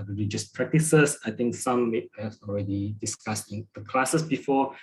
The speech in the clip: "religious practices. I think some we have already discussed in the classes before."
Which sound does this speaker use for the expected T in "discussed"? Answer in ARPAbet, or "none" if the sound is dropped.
none